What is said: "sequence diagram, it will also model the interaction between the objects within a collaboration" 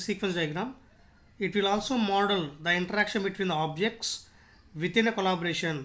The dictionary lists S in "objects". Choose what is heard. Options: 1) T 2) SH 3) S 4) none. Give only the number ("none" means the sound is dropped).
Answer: 3